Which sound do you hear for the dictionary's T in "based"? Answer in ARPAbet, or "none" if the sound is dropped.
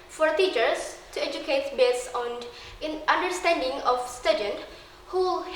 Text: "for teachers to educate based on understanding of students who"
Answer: none